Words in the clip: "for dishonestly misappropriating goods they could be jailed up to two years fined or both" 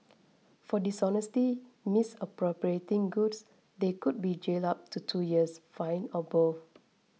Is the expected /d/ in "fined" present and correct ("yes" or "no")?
no